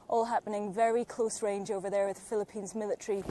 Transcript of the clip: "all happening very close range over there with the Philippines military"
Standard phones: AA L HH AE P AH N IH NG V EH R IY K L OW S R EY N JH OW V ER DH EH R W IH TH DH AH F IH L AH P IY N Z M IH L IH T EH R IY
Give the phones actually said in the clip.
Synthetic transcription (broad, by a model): AA L HH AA P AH N IH NG V EH R IY K L OW S R EY N JH OW V ER DH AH R W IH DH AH F IH L AH P IY N Z M IH L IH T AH R IY